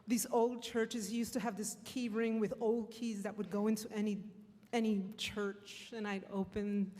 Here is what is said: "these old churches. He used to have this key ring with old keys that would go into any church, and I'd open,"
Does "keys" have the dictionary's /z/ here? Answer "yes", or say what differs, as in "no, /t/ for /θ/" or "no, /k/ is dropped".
yes